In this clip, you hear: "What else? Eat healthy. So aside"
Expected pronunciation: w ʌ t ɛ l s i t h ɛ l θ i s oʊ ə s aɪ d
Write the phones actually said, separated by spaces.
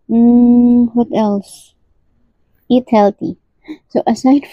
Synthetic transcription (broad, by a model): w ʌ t ɛ l s i t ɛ l t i s oʊ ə s aɪ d